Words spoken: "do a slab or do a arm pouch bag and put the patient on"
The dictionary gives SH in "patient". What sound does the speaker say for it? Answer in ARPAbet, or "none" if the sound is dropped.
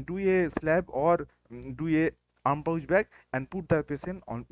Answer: S